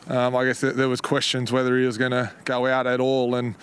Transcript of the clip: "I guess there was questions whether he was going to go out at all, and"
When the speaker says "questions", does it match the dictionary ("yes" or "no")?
yes